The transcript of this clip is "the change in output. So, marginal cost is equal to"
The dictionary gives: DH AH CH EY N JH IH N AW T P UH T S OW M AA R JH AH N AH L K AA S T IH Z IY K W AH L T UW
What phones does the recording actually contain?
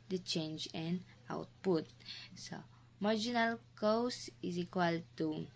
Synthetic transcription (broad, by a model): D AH CH EY N JH IH N AW T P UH T S OW M AA R JH AH N AH L K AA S IH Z IY K W AH L T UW